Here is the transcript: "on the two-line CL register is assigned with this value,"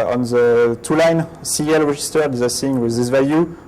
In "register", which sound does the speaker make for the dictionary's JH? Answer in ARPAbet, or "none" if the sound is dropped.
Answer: ZH